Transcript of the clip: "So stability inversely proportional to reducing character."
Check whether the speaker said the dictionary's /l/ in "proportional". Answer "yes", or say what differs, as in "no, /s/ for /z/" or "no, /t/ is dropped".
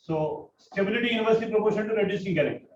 no, /n/ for /l/